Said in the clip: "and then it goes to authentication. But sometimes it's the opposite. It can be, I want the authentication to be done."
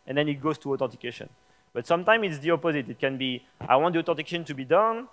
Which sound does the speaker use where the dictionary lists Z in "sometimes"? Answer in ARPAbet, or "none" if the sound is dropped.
none